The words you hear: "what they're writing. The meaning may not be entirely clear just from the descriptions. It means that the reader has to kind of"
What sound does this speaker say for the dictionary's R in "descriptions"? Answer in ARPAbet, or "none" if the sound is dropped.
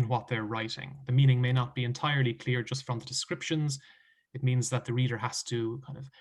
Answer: R